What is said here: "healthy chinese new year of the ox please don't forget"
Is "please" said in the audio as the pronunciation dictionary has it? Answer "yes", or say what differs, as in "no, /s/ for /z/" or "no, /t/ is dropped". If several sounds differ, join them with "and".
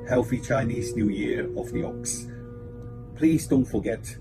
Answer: yes